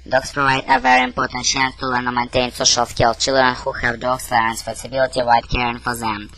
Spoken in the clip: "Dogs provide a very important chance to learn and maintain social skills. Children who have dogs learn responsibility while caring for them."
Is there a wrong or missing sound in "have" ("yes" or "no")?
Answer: no